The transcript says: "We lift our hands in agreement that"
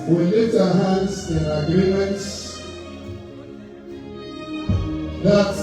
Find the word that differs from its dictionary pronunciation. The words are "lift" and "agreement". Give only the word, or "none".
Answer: lift